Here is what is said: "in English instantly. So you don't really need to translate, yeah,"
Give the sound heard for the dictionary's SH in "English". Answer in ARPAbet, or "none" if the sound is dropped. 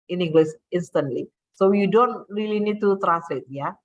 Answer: S